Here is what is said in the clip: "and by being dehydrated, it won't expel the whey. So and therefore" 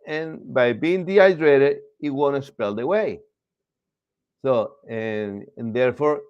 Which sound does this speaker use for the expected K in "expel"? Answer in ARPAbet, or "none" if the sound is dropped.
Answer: none